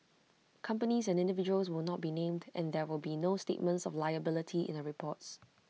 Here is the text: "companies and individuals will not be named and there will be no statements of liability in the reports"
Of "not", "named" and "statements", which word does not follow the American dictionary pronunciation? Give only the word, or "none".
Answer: none